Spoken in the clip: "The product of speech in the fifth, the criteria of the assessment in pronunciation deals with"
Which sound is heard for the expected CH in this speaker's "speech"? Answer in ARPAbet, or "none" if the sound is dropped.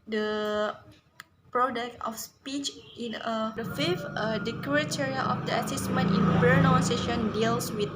CH